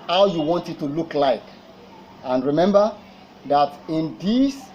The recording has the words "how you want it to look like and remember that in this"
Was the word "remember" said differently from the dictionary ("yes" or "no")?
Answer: no